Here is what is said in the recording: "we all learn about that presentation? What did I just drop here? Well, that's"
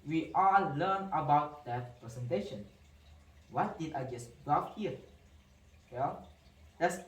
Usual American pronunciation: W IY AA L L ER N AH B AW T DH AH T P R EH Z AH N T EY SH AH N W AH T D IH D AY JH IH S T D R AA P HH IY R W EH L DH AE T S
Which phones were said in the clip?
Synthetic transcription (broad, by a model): W IY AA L L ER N AH B AW T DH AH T P R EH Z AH N T EY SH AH N W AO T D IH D AY JH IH S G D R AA F HH IY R W EH L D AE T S